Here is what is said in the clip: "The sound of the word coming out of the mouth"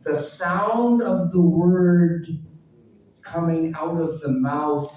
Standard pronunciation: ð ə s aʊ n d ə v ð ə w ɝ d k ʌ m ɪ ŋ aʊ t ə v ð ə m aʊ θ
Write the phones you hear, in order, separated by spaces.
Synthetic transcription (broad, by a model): ð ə s aʊ n d ə v ð ə w ɝ d k ʌ m ɪ ŋ aʊ t ə v ð ə m aʊ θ